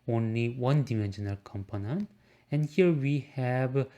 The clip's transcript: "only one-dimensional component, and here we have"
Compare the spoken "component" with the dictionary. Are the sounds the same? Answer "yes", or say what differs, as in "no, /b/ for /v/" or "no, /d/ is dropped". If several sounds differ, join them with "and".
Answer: no, /t/ is dropped